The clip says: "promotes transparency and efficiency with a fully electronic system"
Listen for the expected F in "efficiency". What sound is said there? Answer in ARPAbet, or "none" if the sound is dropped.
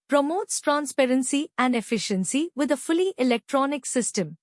F